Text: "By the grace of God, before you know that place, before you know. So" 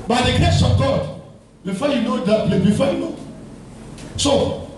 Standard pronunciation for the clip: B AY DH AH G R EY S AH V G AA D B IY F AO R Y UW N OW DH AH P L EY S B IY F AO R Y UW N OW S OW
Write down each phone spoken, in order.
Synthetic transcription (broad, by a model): B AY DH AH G EY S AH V G AA D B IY F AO Y UW N OW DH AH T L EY B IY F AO Y UW N OW S OW